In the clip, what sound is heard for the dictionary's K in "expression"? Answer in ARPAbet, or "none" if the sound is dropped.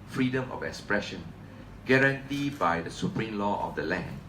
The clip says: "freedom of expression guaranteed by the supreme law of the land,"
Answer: K